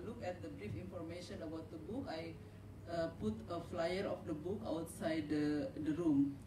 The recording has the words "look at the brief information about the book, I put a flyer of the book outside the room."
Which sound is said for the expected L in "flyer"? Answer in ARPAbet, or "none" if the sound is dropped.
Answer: L